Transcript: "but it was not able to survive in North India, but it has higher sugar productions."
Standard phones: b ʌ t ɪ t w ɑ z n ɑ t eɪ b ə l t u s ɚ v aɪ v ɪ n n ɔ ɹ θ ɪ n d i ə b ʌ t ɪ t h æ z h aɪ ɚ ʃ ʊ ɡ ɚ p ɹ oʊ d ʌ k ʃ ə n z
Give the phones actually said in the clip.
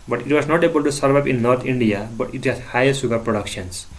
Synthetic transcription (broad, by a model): b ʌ t ɪ t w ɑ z n ɑ t eɪ b ə l t u s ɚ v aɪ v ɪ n n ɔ ɹ t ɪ n d i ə b ʌ t ɪ t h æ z h aɪ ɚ s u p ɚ p ɹ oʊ d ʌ k ʃ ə n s